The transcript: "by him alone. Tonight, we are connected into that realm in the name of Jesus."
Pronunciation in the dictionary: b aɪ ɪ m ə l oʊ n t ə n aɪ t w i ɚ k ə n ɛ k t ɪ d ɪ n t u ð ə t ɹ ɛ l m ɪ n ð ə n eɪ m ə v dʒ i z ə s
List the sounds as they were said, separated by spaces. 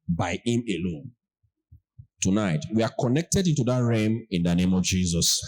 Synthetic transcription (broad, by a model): b aɪ ɪ m ə l oʊ n t ə n aɪ t w i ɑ k ə n ɛ k t ɪ d ɪ n t u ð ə t ɹ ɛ m ɪ n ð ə n eɪ m ə v dʒ i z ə s